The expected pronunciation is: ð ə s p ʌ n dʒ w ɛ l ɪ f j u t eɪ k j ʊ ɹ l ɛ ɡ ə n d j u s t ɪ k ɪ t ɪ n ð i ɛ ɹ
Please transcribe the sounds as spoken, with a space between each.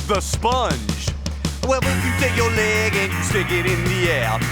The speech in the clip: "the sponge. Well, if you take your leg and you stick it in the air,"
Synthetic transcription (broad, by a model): ð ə s p ʌ n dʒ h ɛ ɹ ɪ f j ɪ t eɪ k j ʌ ɹ l ɛ ɡ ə n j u s t ɪ k ɪ t ɪ n ð i ɛ ɹ